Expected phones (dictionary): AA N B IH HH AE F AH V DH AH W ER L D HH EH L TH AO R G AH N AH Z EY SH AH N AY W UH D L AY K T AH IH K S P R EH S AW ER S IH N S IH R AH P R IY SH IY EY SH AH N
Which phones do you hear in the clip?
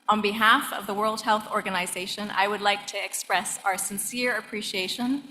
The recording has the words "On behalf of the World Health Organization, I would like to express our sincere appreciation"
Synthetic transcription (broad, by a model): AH N B IH HH AE F AH V DH AH W ER L D HH EH L TH AO R G AH N AH Z EY SH AH N AY W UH D L AY K T IH K S P R EH S AW ER S IH N S IH R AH P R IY SH IY EY SH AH N